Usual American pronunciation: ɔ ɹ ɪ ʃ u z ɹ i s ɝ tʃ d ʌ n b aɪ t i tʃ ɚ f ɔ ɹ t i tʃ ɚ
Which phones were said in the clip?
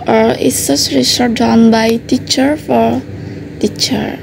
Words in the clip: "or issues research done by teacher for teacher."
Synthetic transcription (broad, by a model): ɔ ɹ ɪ s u s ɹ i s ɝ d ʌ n b aɪ t i tʃ ɚ f ɔ ɹ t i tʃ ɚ